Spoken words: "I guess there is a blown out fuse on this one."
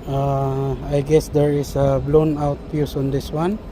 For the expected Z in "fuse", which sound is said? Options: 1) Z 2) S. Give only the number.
2